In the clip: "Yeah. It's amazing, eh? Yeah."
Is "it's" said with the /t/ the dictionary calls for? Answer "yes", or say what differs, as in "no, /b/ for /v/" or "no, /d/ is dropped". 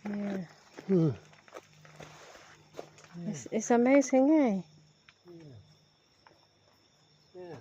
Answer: no, /s/ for /t/